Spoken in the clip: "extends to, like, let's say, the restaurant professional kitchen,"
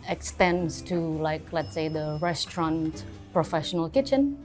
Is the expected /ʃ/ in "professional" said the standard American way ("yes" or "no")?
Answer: yes